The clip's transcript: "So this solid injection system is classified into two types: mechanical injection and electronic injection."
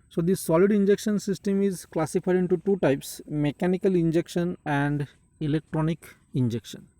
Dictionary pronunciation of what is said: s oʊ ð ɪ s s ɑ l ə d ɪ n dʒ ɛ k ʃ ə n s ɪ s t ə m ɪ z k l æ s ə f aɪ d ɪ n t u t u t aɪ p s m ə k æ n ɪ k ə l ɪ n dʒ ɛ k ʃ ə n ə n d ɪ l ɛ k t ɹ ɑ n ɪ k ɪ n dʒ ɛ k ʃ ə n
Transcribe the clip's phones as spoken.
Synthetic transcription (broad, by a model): s oʊ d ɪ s s ɑ l ə d ɪ n dʒ ɛ k ʃ ə n s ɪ s t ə m ɪ z k l æ s ə f aɪ d ɪ n t u t u t aɪ p s m ə k æ n ɪ k ə l ɪ n dʒ ɛ k ʃ ə n ə n d ɪ l ɛ k t ɹ ɑ n ɪ k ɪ n dʒ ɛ k ʃ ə n